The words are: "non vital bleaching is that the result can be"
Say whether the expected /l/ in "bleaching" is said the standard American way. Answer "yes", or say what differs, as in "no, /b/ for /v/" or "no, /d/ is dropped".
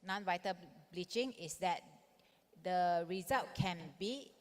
yes